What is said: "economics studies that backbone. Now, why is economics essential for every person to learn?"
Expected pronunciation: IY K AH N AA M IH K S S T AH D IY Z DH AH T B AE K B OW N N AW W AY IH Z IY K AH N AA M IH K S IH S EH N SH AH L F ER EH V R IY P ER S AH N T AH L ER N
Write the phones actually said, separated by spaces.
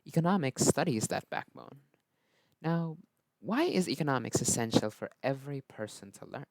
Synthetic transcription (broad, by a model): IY K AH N AA M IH K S S T AH D IY Z DH AH T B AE K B OW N N AW W AY IH Z IY K AH N AA M IH K S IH S EH N SH L F ER EH V R IY P ER S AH N T AH L ER N